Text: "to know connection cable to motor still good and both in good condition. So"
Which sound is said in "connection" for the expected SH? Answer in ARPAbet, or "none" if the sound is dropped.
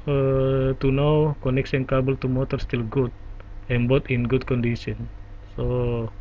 S